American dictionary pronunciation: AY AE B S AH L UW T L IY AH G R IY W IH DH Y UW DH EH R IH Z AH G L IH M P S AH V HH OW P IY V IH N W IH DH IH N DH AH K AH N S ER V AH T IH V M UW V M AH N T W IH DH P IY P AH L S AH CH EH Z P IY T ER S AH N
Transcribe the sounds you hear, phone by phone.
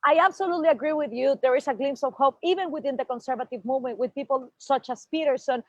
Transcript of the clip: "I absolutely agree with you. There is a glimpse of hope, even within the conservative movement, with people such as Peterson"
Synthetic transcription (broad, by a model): AY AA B S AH L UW T L IY AH G R IY W IH DH Y UW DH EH R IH S AH G L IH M S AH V HH OW P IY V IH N W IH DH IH N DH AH K AH N S ER V AH T IH V M UW V M AH N T W IH DH P IY P AH L S AH CH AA S P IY T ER S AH N